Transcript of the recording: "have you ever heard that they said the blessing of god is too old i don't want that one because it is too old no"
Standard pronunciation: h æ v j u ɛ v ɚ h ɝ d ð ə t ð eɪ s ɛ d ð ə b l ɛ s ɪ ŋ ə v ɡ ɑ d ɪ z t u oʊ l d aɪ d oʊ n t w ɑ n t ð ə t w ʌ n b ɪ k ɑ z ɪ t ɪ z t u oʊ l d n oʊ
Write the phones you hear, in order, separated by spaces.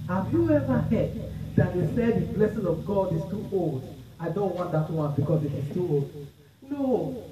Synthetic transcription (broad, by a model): h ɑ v j u ɛ v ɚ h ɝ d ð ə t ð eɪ s ɛ d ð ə b l ɛ s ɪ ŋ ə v ɡ ɑ d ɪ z t u oʊ l d aɪ d oʊ n t w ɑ n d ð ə t w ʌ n b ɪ k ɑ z ɪ t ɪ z t u oʊ l d n oʊ